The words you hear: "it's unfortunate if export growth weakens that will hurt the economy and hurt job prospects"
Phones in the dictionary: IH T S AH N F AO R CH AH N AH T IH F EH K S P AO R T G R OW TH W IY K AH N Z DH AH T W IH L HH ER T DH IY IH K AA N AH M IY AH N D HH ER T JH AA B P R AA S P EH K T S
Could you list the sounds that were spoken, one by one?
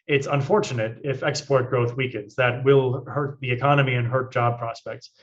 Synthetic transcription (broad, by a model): IH T S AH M F AO R CH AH N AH T IH F EH K S P AO R T G R OW TH W IY K AH N Z DH AH T W IH L HH ER T DH IY IH K AA N AH M IY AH N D HH ER T JH AA B P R AA S P EH K T S